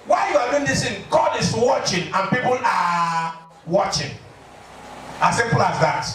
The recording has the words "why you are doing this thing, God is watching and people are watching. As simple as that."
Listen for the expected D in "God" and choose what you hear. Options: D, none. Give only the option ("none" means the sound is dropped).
D